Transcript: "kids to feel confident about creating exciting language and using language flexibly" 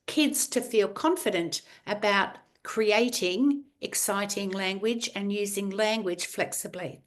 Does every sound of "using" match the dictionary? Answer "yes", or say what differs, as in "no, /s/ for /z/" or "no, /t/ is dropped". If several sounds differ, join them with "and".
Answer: yes